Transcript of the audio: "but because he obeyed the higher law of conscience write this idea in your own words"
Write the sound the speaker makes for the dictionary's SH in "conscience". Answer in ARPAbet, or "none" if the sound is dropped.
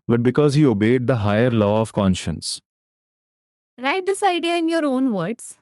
SH